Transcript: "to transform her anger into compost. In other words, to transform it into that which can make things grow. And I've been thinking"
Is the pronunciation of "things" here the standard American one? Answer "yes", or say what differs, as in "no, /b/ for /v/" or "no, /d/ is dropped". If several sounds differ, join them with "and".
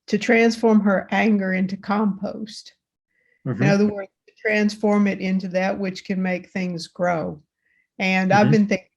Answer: yes